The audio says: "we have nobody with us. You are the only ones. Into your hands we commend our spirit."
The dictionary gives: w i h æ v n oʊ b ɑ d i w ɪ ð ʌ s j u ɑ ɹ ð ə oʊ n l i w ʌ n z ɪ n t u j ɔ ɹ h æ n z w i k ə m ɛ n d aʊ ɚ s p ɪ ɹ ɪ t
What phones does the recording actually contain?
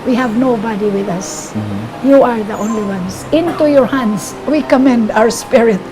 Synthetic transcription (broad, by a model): w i h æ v n oʊ b ɑ d i w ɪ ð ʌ s j u ɑ ɹ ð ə oʊ n l i w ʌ n s ɪ n t u j ɔ ɹ h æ n s w i k ə m ɛ n d aʊ ɚ s p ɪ ɹ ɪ t